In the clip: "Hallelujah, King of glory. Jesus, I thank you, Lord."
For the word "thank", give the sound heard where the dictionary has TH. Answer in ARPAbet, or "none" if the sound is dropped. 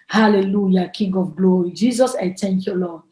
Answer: T